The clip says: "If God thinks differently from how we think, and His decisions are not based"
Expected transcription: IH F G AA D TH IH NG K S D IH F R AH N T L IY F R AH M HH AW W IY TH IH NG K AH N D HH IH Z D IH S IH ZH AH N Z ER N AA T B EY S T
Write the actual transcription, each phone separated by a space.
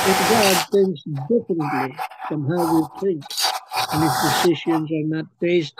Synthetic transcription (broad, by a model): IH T G AA D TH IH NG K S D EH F AH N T L IY F R AH M HH AW W IY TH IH NG K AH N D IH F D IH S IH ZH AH N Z ER N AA T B EY S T